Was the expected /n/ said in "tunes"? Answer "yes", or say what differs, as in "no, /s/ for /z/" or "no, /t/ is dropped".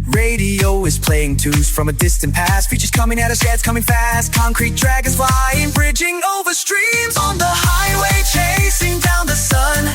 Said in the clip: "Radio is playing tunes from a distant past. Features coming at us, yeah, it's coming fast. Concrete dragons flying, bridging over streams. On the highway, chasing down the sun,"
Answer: no, /n/ is dropped